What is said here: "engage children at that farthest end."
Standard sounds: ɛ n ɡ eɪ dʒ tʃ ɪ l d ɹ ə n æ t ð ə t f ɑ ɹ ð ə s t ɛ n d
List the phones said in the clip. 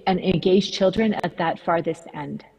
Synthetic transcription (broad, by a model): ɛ n ɡ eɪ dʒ tʃ ɪ l d ɹ ə n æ t ð ə t f ɑ ɹ ð ə s t ɛ n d